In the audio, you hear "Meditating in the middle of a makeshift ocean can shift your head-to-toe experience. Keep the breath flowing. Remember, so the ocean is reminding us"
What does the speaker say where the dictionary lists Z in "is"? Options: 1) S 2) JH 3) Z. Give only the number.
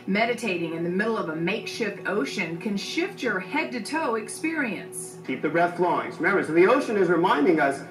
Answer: 3